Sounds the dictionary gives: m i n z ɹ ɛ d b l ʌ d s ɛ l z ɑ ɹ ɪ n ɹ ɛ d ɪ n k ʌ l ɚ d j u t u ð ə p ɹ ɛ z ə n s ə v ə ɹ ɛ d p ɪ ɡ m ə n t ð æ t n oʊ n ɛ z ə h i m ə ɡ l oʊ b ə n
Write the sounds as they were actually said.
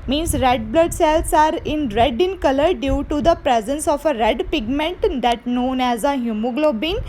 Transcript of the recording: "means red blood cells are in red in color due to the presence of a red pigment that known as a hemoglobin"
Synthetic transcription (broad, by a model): m i n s ɹ ɛ d b l ʌ d s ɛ l s ɑ ɹ ɪ n ɹ ɛ d ɪ n k ʌ l ɚ d j u t u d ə p ɹ ɛ z ə n s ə f ə ɹ ɛ d p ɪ ɡ m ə n t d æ t n oʊ n ɛ z ə h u m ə ɡ l oʊ b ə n